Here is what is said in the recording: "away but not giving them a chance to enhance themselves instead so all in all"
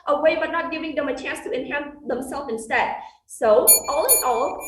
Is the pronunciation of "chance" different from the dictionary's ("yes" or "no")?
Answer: no